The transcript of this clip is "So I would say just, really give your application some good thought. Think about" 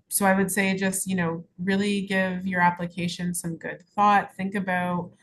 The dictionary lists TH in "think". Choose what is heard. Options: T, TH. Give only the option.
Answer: TH